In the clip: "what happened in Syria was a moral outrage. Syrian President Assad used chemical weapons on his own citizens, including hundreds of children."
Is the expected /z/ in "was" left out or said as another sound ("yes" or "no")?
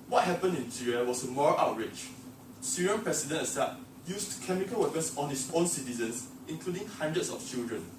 yes